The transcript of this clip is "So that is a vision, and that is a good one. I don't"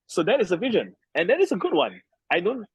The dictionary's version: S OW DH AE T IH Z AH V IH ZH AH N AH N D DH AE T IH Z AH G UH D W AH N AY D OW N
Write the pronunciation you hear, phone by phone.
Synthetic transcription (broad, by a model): S OW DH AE T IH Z AH V IH ZH AH N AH N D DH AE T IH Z AH G UH D W AH N AY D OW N